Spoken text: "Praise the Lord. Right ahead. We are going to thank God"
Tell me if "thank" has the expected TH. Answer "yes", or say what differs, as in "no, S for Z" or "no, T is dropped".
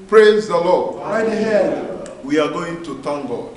no, T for TH